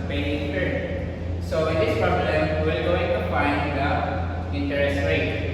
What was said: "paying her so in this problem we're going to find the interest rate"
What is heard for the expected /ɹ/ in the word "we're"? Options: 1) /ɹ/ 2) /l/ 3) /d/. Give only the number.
2